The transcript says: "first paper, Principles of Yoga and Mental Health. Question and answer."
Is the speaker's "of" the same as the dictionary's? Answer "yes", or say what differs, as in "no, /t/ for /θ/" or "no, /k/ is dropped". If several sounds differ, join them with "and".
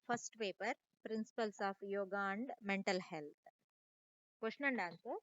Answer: no, /p/ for /v/